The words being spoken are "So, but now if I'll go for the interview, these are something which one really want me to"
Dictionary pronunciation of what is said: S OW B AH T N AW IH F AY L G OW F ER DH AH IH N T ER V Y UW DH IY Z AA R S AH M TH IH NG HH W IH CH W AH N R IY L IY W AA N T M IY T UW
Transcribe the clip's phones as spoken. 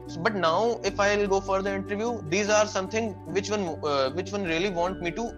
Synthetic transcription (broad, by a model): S B AH T N AW IH F AY L G OW F ER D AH IH N T ER V Y UW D IY Z AA R S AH M T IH NG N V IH CH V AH N R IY L IY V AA N T M IY T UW